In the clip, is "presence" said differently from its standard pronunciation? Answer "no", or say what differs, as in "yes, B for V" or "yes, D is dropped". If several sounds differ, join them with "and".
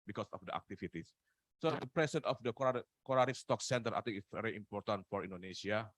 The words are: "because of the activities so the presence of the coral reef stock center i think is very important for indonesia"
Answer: yes, S is dropped